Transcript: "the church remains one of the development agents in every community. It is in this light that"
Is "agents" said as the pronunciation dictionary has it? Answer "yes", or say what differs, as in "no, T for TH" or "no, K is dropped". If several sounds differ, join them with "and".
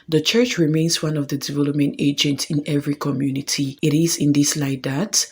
yes